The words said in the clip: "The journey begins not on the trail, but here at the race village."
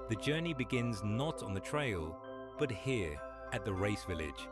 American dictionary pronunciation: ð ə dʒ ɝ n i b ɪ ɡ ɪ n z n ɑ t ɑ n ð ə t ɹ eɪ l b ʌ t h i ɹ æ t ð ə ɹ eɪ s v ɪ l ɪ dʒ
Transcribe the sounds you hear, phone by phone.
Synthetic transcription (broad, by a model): ð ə dʒ ɝ n i b ɪ ɡ ɪ n z n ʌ t n ð ə t ɹ eɪ l b ʌ t h i ɹ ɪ t ð ə ɹ eɪ s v ɪ l ɪ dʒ